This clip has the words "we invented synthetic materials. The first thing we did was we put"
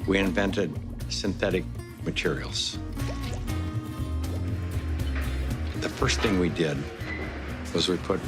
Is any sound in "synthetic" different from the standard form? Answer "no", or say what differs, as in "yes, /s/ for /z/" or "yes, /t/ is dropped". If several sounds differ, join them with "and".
no